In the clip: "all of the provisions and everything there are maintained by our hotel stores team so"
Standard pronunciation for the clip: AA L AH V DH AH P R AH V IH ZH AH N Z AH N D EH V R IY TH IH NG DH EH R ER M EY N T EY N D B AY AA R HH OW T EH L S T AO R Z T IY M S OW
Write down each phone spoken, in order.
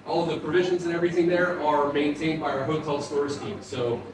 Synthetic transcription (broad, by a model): AA L AH V DH AH P R AH V IH ZH AH N Z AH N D EH V R IY TH IH NG DH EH R ER M EY N T EY N D B AY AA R HH OW T EH L S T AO R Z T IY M S OW